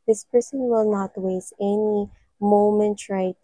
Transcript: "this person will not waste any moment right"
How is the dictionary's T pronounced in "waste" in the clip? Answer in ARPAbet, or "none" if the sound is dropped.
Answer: none